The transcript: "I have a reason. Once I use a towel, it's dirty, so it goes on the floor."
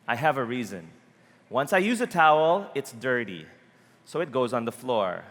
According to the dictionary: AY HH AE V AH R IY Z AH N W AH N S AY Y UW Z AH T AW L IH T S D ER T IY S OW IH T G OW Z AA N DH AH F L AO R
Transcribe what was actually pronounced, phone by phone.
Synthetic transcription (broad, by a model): AY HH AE V AH R IY Z AH N W AH N S AY Y UW Z AH T AW L IH T S D ER T IY S OW IH T G OW Z N DH AH F L AO R